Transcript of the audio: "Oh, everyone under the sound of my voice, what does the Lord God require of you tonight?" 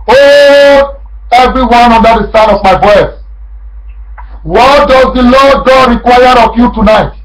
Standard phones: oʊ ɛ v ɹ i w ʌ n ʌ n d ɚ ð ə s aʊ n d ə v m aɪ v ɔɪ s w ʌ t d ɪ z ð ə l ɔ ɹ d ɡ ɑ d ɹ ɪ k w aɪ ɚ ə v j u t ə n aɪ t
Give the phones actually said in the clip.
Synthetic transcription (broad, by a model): oʊ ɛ v ɹ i w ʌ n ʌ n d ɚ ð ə s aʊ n ə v m aɪ b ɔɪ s w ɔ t d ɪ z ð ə l ɔ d ɡ ɑ d ɹ ɪ k w aɪ ɚ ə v j u t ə n aɪ t